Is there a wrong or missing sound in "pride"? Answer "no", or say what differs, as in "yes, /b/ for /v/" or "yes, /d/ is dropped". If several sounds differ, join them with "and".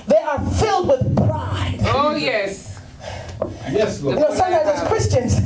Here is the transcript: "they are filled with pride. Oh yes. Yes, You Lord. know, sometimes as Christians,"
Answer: yes, /b/ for /p/